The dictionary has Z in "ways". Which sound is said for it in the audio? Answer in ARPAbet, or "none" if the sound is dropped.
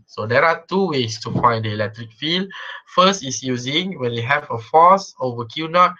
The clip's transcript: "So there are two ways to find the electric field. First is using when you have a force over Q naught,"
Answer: S